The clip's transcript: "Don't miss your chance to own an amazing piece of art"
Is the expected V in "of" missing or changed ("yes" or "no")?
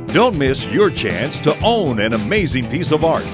no